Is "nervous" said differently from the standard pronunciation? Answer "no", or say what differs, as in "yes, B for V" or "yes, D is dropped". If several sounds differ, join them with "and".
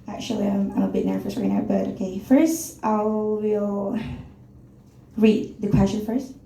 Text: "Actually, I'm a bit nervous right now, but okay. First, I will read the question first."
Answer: yes, F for V